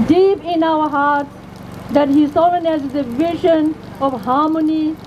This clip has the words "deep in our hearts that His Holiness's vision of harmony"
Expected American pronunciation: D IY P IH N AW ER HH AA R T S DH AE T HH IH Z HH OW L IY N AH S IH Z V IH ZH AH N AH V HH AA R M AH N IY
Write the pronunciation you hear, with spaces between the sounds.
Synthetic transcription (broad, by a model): D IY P IH N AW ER HH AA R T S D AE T HH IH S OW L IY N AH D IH V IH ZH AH N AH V HH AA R M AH N IY